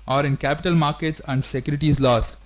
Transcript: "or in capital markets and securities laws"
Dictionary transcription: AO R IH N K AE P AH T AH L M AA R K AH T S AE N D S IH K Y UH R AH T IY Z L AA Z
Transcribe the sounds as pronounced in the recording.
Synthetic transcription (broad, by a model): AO R IH N K AE P AH T AH L M AA R K AH T S AE N D S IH K Y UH R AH T IY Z L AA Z